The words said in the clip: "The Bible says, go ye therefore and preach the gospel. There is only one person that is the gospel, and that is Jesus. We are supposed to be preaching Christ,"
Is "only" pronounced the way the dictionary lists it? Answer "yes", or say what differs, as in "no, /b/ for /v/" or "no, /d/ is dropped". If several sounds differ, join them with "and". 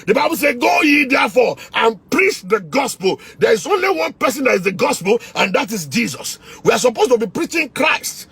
yes